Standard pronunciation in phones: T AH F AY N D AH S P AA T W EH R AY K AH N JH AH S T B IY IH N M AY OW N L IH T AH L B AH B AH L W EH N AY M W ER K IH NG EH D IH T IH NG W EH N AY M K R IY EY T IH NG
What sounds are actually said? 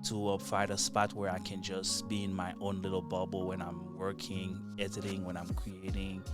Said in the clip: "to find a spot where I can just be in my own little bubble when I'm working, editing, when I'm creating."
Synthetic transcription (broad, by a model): T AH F AY D AH S P AA T W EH R AY K AH N JH AH S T B IY IH N M AY OW N L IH T L B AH B L W EH N AY M W ER K IH NG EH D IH T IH NG W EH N AY M K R IY EY T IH NG